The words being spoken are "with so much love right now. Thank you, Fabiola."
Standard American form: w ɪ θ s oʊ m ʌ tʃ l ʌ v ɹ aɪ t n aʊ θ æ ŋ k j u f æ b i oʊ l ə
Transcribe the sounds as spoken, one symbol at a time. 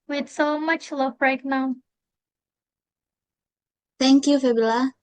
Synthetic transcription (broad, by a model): w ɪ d s oʊ m ʌ tʃ l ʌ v ɹ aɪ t n aʊ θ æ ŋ k j u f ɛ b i l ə